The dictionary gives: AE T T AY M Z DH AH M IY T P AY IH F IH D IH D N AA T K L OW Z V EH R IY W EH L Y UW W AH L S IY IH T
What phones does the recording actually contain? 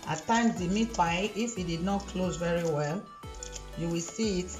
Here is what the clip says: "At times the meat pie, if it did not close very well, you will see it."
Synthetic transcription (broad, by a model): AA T T AY M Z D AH M IY T B AY IH F IH D IH D N AA T K L OW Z V EH R IY W EH L Y UW W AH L S IY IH T